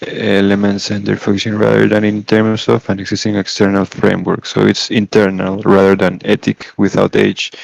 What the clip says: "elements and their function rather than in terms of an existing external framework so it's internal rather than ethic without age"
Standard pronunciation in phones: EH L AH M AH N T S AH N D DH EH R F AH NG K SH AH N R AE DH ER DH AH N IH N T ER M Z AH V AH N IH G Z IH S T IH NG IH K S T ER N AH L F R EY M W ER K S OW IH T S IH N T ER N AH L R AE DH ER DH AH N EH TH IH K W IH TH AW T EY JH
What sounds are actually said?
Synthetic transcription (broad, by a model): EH L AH M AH N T S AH N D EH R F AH K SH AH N R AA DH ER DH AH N IH N T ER M S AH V AH N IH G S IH S T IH NG IH K S T ER N AH L F R EY M W ER K S OW IH T S IH N T ER N AH L R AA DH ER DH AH N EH T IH K W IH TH AW T EY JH